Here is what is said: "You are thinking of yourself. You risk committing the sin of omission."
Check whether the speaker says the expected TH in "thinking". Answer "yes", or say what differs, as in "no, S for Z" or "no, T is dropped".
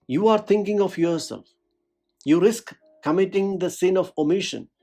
no, T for TH